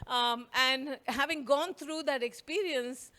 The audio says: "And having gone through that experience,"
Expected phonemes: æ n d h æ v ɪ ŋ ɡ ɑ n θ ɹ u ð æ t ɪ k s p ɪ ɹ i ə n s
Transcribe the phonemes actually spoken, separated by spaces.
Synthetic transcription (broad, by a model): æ n d h æ v ɪ ŋ ɡ ɑ n t ɹ u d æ t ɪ k s p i ɹ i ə n s